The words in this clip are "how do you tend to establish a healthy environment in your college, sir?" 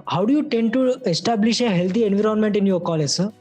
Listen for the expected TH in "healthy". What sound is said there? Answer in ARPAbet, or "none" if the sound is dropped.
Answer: T